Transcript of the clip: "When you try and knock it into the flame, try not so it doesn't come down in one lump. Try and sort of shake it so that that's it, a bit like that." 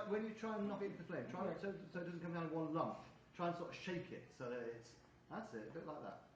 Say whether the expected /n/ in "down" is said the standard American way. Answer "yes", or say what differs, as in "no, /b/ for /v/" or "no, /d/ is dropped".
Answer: no, /n/ is dropped